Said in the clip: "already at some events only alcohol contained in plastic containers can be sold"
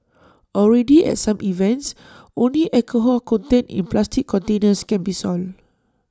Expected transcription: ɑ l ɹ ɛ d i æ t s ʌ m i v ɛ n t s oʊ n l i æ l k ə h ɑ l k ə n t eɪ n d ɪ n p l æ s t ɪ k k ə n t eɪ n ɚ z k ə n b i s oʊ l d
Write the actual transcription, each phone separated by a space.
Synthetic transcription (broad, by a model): ɑ l ɹ ɛ d i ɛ t s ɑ m i v ɛ n t s oʊ n l i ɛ k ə h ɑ k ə n t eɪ n ɪ n p l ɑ s t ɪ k k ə n t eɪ n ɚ s k ə n b i s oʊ l